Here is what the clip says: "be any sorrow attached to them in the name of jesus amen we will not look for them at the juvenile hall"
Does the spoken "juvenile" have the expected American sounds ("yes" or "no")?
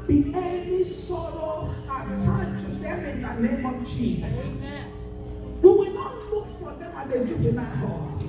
no